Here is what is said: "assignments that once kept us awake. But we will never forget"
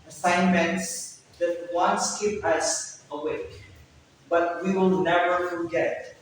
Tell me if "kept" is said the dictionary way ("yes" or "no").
no